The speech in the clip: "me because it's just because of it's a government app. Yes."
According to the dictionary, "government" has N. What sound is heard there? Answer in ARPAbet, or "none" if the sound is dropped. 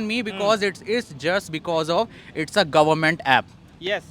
N